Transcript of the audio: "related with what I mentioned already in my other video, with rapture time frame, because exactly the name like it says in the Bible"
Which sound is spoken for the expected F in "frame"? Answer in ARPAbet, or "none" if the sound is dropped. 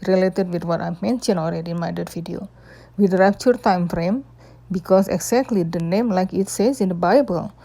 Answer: F